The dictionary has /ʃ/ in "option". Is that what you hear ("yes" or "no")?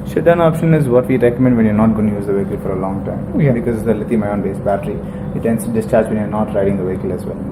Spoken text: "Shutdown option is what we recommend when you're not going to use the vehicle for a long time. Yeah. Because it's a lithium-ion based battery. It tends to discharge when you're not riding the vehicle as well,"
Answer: yes